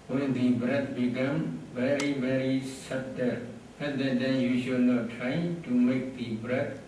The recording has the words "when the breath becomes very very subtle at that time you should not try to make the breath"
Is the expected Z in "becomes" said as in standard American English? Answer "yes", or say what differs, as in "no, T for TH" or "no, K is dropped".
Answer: no, Z is dropped